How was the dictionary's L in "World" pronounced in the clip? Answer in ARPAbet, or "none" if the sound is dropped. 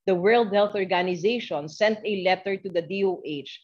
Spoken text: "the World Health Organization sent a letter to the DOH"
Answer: L